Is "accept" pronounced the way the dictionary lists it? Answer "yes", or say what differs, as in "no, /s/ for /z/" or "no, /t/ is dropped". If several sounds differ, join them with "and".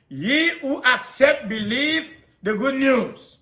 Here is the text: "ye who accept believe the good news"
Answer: yes